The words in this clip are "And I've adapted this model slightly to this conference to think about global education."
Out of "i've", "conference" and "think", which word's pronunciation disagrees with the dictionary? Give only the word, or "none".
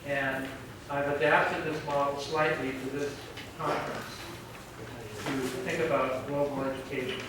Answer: none